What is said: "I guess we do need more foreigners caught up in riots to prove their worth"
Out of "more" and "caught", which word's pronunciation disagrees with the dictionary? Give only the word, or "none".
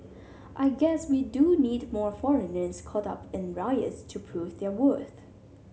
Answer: none